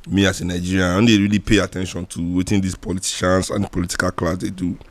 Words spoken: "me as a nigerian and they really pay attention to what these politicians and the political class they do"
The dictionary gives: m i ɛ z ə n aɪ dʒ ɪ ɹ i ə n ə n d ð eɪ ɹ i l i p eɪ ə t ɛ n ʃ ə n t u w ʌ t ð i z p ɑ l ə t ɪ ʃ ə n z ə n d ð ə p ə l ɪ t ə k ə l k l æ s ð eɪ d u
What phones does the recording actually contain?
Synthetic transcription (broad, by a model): m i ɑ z ə n aɪ dʒ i ɹ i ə ə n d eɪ ɹ i l i p eɪ ə t ɛ n ʃ ə n t u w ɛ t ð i s p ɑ l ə t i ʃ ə n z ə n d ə p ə l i t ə k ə l k l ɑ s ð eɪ d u